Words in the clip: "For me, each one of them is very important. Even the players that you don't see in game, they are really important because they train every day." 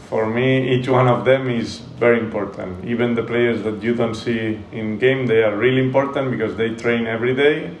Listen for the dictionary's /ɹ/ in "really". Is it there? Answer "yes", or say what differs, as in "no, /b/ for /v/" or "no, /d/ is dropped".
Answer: yes